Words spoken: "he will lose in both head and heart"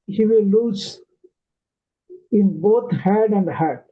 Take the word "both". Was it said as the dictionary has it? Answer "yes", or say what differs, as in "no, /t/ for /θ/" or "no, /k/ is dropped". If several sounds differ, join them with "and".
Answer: no, /t/ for /θ/